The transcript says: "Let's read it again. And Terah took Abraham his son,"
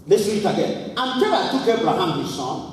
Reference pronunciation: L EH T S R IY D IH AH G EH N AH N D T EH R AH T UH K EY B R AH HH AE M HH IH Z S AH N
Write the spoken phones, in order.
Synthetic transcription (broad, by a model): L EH S W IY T IH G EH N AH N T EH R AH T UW K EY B R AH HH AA M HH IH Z S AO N